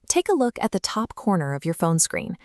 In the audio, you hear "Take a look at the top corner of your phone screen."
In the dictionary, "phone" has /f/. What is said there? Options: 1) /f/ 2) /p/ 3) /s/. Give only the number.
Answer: 1